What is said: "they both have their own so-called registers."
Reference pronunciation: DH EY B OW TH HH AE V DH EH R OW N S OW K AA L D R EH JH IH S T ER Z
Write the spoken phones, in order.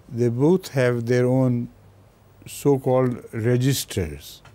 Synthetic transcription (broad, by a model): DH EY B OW T HH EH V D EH R OW N S OW K AA L D R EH JH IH S T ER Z